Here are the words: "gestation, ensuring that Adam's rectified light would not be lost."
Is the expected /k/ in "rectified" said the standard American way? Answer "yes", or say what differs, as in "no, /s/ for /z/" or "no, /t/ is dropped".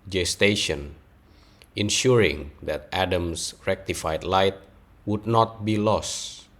yes